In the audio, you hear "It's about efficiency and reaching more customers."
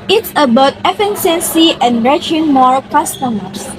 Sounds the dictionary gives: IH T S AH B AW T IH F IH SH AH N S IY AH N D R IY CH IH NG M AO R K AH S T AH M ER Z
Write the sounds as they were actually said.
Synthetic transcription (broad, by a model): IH T S AH B AW T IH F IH S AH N S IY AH N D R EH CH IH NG M AO R K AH S T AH M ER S